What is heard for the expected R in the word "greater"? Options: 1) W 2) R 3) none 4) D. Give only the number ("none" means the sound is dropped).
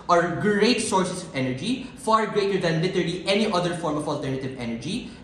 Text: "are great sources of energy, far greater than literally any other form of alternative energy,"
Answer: 2